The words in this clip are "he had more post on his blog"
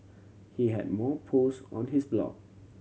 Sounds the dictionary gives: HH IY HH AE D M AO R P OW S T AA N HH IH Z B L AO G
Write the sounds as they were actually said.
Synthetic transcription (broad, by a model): HH IY HH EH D M AO P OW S AA N HH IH S B L AO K